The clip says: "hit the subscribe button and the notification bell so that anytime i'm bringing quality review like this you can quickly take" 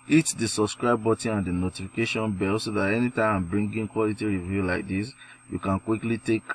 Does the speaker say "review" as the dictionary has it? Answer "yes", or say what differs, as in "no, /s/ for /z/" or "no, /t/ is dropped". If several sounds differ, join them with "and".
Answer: yes